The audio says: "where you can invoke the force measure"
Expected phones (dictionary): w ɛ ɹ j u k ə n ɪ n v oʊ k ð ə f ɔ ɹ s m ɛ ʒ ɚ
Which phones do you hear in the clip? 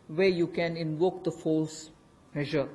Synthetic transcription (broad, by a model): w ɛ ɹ j u k ə n ɪ n v oʊ k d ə f ɔ l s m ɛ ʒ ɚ